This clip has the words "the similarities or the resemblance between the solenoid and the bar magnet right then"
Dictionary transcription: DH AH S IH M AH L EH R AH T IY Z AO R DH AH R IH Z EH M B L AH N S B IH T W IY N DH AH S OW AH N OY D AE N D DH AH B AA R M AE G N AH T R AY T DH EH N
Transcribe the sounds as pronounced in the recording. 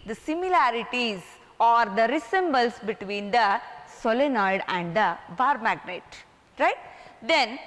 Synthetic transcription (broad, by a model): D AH S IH M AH L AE R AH T IY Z AO R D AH R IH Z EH M B AH L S B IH T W IY N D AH S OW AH N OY D AE N D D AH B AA R M AE G N AH T R AY T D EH N